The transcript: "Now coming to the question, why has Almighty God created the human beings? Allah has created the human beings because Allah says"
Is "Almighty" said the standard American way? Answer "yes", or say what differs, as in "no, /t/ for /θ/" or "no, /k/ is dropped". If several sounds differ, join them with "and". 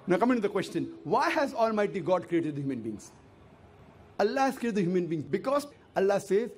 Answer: yes